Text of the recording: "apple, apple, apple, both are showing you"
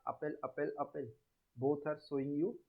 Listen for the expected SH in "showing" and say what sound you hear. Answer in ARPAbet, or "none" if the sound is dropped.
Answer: S